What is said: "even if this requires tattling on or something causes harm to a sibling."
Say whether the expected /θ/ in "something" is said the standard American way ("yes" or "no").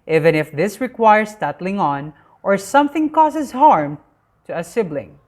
yes